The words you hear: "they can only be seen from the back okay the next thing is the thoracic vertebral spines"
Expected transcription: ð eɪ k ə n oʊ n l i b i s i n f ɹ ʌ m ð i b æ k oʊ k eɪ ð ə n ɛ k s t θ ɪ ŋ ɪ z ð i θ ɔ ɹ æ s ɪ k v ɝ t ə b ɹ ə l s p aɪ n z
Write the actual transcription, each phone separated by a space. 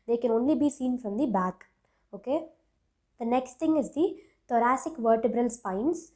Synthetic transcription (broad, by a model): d eɪ k ə n oʊ n l i b i s i n f ɹ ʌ m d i b æ k oʊ k eɪ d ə n ɛ k s t t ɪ ŋ ɪ z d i t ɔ ɹ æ s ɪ k v ɝ t ə b ɹ ə l s p aɪ n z